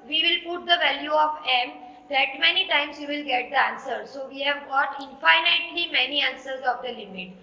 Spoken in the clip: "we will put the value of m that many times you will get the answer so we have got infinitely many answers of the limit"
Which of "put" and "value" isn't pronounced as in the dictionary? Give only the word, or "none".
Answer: none